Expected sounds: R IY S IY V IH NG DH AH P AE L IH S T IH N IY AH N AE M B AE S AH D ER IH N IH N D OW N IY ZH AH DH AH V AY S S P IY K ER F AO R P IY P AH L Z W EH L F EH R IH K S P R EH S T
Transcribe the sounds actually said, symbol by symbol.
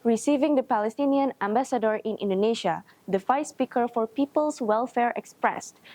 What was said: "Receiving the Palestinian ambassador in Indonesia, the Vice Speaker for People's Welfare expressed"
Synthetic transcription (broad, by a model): R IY S IY V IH NG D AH P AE L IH S T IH N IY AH N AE M B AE S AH D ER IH N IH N D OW N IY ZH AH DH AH F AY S S P IY K ER F AO R P IY P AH L S W EH L F EH R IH K S P R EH S T